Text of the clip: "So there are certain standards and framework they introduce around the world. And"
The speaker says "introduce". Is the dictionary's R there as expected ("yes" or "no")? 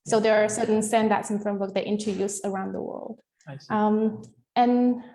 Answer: no